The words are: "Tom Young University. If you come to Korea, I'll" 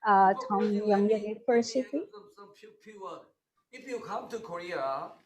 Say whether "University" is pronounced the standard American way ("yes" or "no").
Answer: no